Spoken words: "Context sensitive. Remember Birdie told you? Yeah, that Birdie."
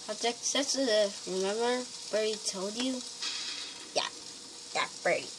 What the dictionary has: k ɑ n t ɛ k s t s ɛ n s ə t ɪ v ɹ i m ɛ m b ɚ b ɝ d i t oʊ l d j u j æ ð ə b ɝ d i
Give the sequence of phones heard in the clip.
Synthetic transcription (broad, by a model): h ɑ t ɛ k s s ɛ s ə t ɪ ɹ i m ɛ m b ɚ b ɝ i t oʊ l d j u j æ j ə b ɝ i